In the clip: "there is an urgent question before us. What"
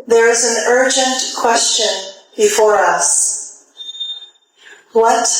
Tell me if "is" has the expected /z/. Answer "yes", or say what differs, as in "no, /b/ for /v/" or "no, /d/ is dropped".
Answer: yes